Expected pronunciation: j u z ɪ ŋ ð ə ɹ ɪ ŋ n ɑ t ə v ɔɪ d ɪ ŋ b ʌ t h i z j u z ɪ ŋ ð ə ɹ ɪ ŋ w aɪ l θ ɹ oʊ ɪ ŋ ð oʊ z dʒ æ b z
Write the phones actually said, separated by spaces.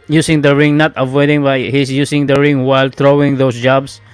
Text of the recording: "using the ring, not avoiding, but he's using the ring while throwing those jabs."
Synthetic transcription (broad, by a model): j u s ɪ ŋ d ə ɹ ɪ ŋ n ɑ t ə v ɔɪ d ɪ ŋ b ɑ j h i s j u s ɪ ŋ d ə ɹ ɪ ŋ w aɪ l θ ɹ oʊ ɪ ŋ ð oʊ s dʒ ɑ b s